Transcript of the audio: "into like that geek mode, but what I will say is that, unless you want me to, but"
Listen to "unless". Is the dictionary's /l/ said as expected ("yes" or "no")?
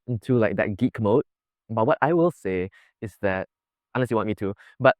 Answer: no